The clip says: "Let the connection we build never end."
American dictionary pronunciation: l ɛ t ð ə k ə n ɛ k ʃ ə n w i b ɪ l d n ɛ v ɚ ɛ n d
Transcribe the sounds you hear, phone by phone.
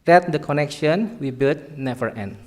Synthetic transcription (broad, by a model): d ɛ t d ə k ə n ɛ k ʃ ə n w i b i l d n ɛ f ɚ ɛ n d